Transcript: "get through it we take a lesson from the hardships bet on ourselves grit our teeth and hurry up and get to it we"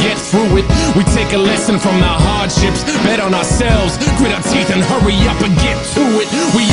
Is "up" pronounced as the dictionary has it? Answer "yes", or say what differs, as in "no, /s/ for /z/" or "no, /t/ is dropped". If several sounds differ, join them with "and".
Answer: yes